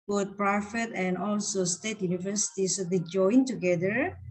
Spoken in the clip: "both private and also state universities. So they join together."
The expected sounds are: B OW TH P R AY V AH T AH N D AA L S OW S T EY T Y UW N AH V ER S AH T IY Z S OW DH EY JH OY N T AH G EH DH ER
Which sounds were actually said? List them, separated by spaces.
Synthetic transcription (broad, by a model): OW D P R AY F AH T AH N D AA L S OW S T EY T Y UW N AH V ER S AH T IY S OW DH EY JH OY N T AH G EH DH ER